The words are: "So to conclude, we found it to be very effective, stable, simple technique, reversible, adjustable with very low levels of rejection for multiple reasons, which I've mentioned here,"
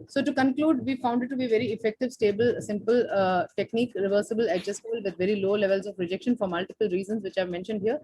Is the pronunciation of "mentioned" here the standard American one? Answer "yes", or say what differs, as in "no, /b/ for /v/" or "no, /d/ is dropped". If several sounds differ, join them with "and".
yes